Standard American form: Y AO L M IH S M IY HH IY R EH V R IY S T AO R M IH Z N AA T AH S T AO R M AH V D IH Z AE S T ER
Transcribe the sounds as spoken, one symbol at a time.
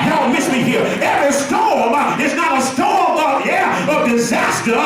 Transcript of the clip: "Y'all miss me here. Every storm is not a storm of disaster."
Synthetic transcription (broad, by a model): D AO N M IH S M IY HH IY R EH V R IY S T AO R M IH S N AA T AH S T AO R M AH V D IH Z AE S T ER